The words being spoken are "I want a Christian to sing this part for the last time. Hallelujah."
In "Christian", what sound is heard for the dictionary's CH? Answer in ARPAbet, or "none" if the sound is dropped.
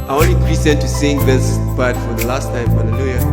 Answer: none